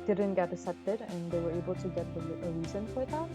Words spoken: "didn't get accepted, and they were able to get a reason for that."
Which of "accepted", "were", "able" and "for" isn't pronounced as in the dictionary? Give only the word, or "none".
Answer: accepted